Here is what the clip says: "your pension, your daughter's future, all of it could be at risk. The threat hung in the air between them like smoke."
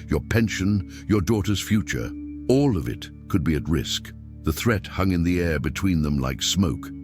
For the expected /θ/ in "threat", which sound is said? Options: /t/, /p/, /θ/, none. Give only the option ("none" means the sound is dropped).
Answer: /θ/